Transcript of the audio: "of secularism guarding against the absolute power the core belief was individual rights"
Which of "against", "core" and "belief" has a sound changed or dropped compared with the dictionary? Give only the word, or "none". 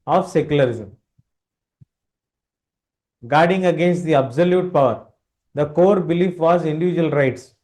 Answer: none